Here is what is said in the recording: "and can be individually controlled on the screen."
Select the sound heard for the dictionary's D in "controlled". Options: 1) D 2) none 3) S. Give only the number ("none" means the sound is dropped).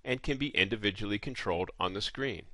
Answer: 1